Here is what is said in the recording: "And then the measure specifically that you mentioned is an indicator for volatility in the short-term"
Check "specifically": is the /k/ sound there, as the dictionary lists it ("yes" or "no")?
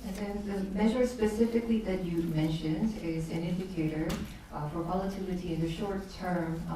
yes